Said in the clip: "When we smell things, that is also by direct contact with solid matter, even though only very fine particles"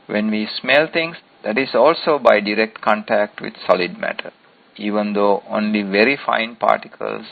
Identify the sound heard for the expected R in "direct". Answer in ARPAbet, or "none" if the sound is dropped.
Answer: R